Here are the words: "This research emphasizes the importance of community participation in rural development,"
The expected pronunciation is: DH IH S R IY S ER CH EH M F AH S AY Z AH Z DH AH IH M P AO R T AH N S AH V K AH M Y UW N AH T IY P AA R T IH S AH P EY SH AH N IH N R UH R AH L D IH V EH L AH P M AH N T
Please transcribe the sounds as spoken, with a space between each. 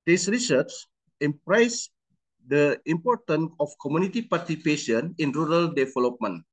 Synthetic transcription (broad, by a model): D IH S R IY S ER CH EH M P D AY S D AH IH M P AO R T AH N AH F K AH M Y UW N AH T IY P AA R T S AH P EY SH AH N IH N R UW R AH L D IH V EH L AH P M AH N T